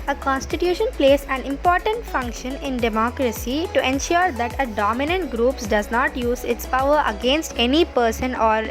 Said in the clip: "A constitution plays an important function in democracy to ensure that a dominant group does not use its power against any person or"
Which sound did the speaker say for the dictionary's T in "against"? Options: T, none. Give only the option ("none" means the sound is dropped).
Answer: T